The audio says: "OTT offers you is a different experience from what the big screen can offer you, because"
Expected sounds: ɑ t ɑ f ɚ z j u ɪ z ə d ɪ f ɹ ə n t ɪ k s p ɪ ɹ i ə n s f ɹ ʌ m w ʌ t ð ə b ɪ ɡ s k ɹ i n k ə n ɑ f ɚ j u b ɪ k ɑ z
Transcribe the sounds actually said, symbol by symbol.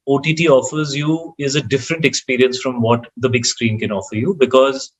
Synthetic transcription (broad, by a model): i t ɑ f ɚ z j u ɪ z ə d ɪ f ɹ ə n t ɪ k s p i ɹ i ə n s f ɹ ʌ m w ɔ t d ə b ɪ ɡ s k ɹ i n k ə n ɑ f ɚ j u b ɪ k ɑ z